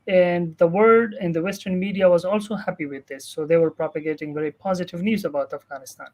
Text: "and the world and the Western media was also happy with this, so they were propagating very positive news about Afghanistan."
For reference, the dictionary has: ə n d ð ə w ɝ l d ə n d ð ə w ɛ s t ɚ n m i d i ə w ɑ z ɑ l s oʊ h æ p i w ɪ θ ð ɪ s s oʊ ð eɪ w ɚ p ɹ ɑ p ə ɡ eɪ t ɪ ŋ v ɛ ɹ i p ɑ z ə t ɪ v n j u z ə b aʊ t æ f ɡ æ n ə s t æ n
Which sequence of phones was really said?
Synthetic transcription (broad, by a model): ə n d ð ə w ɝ d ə n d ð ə w ɛ s t ɚ n m i d i ə w ɑ z ɑ l s oʊ h æ p i w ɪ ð ɪ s s oʊ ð eɪ w ɚ p ɹ ɑ p ə ɡ eɪ t ɪ ŋ v ɛ ɹ i p ɑ z ə t ɪ v n j u z ə b aʊ t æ f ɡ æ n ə s t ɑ n